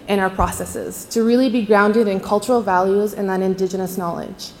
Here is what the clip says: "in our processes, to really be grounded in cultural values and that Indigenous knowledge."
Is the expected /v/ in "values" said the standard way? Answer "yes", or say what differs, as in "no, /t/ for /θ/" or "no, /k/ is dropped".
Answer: yes